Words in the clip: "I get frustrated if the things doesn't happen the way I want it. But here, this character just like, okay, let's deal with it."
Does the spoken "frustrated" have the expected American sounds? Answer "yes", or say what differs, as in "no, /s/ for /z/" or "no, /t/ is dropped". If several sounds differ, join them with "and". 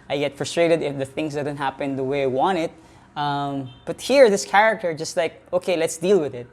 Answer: yes